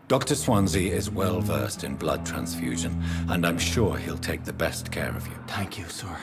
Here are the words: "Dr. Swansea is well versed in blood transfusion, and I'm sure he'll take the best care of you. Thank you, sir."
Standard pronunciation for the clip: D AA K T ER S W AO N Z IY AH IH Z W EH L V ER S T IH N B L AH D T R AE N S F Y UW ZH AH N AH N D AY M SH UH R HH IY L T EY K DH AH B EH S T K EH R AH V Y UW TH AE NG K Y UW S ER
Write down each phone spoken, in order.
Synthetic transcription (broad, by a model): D AA K T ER S W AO N Z IY IH Z W EH L V ER S T IH N B L AH D T R AE N S F Y UW ZH AH N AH N AY M SH UH R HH IY L T EY K DH AH B EH S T K EH R AH V Y UW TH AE NG K Y UW S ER